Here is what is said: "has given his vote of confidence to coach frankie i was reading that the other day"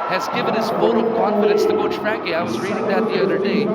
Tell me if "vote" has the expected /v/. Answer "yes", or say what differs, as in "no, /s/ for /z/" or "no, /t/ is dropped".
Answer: no, /f/ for /v/